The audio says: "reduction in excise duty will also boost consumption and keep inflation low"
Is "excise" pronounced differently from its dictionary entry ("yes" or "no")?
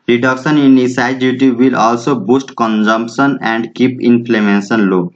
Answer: yes